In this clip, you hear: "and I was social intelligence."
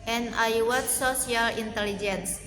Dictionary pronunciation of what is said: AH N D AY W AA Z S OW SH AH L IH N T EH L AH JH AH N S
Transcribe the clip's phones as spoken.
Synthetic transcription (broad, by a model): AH N AY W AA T S OW S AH L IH N T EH L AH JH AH N S